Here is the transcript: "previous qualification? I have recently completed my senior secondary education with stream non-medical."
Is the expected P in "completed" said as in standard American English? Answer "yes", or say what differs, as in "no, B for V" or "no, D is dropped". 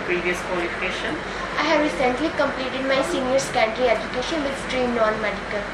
yes